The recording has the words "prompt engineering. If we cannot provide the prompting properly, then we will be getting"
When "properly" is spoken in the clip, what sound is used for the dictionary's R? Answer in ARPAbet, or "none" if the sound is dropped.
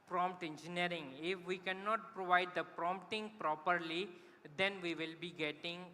R